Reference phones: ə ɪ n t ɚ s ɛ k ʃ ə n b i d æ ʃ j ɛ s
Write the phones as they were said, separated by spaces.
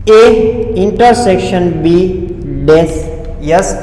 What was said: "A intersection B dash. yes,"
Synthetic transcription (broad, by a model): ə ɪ n t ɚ s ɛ k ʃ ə n b i d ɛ s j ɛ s